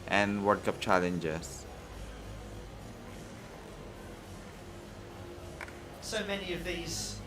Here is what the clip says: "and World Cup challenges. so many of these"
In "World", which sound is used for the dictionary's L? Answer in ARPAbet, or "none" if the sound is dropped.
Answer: none